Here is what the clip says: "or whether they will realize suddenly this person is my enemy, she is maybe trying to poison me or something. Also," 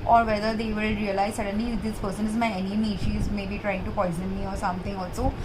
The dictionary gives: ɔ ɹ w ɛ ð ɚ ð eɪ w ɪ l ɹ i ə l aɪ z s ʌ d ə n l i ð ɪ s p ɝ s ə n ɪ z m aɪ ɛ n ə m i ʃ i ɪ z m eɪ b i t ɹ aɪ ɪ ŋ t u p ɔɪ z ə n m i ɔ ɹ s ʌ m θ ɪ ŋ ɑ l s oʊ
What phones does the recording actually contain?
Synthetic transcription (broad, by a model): ɔ ɹ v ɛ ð ɚ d eɪ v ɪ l ɹ i ə l aɪ z s ʌ d ə n l i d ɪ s p ɝ s ə n ɪ z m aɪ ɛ n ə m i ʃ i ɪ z m eɪ b i t ɹ aɪ ɪ ŋ t u p ɔɪ z ə n m i ɔ ɹ s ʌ m t ɪ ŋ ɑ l s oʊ